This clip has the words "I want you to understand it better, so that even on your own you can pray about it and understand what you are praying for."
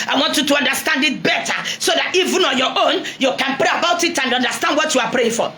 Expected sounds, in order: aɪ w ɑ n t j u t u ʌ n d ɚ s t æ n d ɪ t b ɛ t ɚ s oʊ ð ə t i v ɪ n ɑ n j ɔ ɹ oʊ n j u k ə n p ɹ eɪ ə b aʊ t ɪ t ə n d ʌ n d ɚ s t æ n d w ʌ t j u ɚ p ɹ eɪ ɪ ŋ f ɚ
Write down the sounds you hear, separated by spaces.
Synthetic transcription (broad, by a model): aɪ w ɑ n t j u t u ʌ n d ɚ s t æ n d ɪ t b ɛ t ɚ s oʊ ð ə t i v ɪ n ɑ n j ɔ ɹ oʊ n j u k ə n p ɹ eɪ ə b aʊ t ɪ t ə n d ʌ n d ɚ s t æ n d w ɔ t j u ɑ p ɹ eɪ ɪ ŋ f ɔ